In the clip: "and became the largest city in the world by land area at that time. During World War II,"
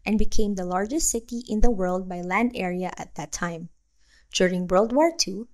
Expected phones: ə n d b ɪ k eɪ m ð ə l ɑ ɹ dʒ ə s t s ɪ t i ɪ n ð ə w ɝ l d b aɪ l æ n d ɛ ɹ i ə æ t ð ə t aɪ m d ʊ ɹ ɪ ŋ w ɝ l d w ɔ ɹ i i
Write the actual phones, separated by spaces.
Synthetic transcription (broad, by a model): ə n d b ɪ k eɪ m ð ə l ɑ ɹ dʒ ə s t s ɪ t i ɪ n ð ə w ɝ l d b aɪ l æ n d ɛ ɹ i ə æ t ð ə t aɪ m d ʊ ɹ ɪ ŋ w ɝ l d w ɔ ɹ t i